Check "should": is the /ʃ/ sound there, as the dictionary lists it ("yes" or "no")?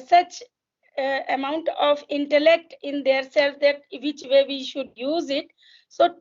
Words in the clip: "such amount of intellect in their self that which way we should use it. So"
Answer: yes